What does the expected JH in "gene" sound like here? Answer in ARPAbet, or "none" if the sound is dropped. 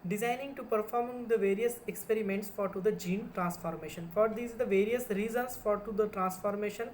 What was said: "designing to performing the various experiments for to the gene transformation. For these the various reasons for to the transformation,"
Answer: JH